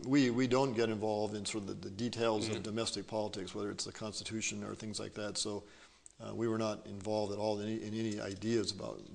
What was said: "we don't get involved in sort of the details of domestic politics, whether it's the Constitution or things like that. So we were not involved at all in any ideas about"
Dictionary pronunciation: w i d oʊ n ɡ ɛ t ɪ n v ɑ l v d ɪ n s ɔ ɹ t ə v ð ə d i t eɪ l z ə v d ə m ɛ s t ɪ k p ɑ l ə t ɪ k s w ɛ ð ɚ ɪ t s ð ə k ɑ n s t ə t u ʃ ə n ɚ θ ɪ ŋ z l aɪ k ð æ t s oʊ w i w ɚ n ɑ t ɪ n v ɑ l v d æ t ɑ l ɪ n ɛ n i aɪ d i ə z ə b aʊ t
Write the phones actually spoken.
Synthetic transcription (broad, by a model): w i d oʊ n ɡ ɛ t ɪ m v ɑ l v d ɪ n s ɔ ɹ t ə v ð ə d i t eɪ l z ə v d ə m ɛ s t ɪ k p ɑ l ə t ɪ k s w ɛ ð ɚ ɪ t s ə k ɑ n s t ə t u ʃ ə n ɚ θ ɪ ŋ z l aɪ k ð æ t s oʊ w i w ɚ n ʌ t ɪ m v ɑ l v d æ t ɑ l ɪ n ɛ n i aɪ d i ə z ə b aʊ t